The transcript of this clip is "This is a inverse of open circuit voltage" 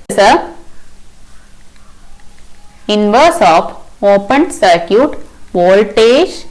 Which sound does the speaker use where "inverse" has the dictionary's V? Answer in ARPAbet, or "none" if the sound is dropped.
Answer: V